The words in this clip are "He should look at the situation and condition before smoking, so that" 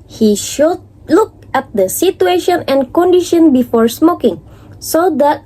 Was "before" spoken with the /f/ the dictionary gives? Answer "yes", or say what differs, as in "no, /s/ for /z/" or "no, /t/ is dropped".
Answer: yes